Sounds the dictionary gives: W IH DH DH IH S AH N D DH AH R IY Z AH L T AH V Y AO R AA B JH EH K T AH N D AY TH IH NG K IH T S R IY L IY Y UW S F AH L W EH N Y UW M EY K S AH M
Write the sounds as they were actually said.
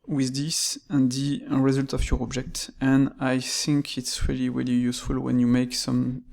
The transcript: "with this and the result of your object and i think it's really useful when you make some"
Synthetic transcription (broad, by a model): W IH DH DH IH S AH N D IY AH R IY Z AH L T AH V Y AO R AA B JH EH K T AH N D AY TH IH NG K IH T S R IY L IY Y UW S F AH L W EH N Y UW M EY K S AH M